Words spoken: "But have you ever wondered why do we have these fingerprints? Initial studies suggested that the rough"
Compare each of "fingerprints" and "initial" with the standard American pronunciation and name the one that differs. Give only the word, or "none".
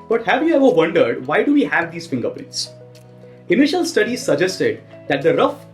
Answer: fingerprints